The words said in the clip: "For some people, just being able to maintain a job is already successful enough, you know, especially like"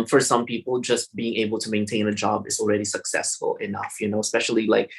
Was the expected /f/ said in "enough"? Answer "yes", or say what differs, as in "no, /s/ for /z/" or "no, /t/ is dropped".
yes